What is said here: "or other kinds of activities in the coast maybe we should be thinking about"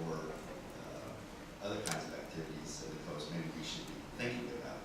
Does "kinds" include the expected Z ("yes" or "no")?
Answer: yes